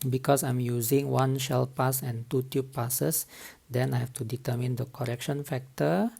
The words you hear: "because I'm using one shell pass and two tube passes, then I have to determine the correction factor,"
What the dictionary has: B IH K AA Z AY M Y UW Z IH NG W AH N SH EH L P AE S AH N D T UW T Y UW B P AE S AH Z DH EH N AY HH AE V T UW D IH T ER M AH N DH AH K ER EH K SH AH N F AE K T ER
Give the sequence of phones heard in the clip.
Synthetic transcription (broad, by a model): B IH K AA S AY M Y UW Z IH NG W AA N SH EH L P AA S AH N T UW T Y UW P P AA S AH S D EH N AY HH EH F T UW D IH T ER M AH N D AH K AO EH K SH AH N F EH K T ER